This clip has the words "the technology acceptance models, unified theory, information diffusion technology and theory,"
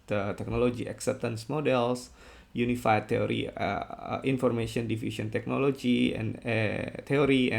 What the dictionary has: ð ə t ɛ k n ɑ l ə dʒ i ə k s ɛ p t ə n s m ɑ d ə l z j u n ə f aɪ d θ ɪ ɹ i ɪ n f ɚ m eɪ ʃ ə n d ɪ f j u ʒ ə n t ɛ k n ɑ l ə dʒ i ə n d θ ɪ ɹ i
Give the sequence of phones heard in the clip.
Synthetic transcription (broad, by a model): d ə t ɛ k n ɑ l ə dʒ i ə k s ɛ p t ə n s m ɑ d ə l s j u n ə f aɪ d t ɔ ɹ i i n f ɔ m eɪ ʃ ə n d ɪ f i s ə n t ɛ k n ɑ l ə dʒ i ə n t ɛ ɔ ɹ i